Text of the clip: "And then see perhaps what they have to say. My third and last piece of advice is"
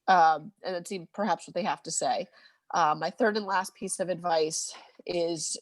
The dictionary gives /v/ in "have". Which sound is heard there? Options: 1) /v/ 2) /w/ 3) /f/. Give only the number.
3